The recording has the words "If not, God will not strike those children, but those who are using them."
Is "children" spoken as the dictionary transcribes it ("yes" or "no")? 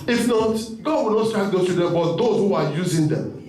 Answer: no